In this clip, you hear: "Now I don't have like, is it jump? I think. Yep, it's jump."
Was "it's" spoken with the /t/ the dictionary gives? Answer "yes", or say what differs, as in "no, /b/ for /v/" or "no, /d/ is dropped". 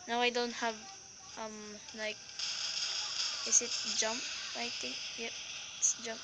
yes